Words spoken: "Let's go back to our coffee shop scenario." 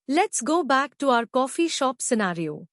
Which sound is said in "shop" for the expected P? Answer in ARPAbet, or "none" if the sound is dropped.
P